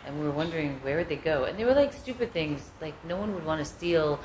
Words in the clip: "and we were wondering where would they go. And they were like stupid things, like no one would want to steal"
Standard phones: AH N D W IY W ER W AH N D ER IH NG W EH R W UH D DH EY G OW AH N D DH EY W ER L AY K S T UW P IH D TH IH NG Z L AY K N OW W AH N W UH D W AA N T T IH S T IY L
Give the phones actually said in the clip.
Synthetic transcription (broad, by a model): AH N W IY W ER W AH N D ER IH NG W EH R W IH D DH EY G OW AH N DH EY W ER L AY K S T UW P IH D TH IH NG Z L AY K N OW W AH N W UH D W AA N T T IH S T IY L